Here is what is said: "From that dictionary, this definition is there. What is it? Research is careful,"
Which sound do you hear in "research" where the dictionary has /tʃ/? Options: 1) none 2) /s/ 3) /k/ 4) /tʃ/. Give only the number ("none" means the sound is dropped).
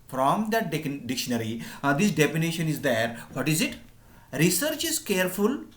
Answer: 4